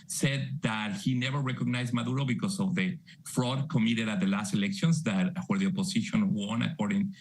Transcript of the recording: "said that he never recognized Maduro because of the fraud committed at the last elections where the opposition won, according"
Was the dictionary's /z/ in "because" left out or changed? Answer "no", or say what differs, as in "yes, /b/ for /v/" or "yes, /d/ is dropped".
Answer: yes, /s/ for /z/